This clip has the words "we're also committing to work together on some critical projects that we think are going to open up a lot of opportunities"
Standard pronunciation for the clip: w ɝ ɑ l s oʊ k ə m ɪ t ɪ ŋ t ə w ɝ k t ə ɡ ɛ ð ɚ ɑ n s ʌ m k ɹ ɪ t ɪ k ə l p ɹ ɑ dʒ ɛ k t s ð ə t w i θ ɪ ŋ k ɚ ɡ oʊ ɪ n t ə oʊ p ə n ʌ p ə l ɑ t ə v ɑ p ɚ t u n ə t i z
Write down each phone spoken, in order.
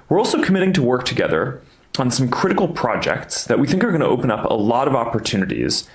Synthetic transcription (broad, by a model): w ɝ ɑ l s oʊ k ə m ɪ t ɪ ŋ t ə w ɝ k t ə ɡ ɛ ð ɚ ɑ n s ʌ m k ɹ ɪ t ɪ k l p ɹ ɑ dʒ ɛ k t s ð ə t w i θ ɪ ŋ k ɚ ɡ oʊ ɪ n t ə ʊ p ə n ʌ p ə l ɑ t ə v ɑ p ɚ t u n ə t i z